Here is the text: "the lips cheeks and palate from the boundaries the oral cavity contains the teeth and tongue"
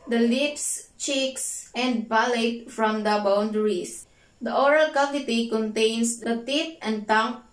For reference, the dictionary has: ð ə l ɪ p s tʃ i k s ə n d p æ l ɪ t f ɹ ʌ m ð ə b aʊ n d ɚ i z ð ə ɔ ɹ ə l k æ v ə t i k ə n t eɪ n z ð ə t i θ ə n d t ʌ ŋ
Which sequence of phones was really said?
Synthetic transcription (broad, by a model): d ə l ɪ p s tʃ i k s ə n d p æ l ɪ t f ɹ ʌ m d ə b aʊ n d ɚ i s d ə ɔ ɹ ə l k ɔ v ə t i k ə n t eɪ n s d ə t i t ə n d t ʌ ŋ